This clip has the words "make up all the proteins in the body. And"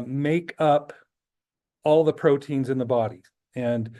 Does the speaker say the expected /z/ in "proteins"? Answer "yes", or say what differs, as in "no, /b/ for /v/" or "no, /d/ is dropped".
yes